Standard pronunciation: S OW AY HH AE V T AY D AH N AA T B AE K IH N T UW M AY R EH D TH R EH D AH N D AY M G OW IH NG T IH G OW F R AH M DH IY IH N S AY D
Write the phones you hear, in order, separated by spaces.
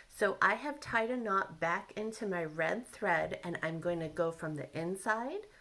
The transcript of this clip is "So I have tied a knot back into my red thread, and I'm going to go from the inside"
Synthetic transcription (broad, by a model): S OW AY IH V T AY D AH N AA T B AE K IH N T UW M AY R EH D TH R EH D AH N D AY M G OW IH NG T IH G OW F R AH M DH IY IH N S AY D